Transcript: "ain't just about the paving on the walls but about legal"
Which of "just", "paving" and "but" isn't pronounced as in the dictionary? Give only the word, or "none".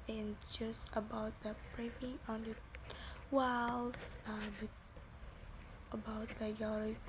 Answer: paving